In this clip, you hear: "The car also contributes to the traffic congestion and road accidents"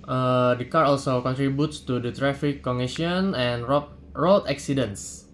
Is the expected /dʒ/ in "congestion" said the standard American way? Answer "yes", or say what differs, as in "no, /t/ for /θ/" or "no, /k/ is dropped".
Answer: no, /dʒ/ is dropped